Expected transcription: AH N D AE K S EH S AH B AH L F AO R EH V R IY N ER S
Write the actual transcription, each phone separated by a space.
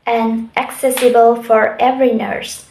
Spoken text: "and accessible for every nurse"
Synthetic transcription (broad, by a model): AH N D AE K S EH S AH B AH L F AO R EH V R IY N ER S